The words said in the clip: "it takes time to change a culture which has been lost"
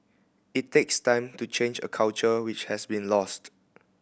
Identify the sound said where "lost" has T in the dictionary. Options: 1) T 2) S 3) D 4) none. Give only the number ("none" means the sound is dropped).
1